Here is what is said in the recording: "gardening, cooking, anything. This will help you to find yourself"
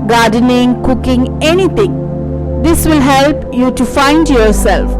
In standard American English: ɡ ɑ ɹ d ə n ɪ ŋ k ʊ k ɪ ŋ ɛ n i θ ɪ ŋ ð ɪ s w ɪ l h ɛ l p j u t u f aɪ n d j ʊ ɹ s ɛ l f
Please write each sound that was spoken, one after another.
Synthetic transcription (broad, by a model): ɡ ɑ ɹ d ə n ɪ ŋ k ʊ k ɪ ŋ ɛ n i t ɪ ŋ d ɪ s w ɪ l h ɛ l p j u t u f aɪ n d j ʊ ɹ s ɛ l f